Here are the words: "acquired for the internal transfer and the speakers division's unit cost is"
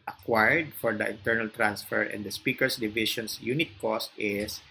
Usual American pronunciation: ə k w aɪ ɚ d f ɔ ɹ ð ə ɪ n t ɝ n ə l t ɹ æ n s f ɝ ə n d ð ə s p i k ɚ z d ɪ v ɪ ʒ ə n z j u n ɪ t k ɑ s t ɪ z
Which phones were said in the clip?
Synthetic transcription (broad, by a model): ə k w aɪ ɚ d f ɔ ɹ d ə ɪ n t ɝ n ə l t ɹ æ n s f ɝ ə n d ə s p i k ɚ s d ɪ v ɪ ʃ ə n s j u n ɪ t k ɑ s t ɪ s